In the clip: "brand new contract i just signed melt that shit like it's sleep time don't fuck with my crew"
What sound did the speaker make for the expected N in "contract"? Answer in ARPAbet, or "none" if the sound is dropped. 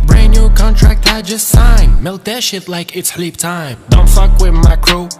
N